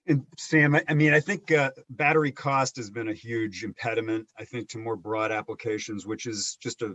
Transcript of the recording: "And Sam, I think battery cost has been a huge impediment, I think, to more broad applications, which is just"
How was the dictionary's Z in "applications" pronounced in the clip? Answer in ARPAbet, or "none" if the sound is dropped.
Z